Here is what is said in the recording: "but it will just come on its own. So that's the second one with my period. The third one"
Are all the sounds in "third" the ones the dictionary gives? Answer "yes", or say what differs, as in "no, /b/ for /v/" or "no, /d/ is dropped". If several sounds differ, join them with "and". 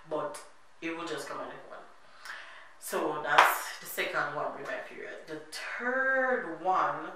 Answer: no, /t/ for /θ/